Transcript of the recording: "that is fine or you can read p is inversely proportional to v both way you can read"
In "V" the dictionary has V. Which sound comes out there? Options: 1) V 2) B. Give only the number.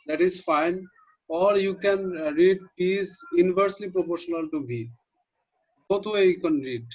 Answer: 2